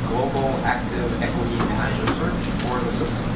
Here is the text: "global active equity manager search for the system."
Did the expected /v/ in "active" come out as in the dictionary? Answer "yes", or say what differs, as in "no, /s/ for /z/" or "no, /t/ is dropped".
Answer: yes